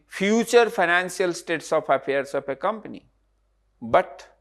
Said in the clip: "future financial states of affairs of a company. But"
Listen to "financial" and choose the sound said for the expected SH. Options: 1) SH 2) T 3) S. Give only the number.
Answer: 3